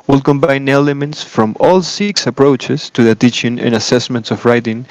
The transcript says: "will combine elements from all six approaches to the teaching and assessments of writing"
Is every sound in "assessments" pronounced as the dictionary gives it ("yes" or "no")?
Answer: yes